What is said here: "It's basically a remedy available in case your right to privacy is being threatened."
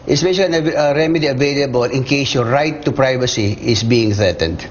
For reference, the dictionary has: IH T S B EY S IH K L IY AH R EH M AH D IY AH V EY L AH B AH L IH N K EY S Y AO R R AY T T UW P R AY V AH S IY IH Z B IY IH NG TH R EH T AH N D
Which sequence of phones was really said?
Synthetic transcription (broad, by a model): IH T S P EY SH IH L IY AH R EH M AH D IY AH V EY L AH B AH L IH N K EY S Y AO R R AY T T UW P R AY V AH S IY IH S B IY IH NG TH R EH T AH N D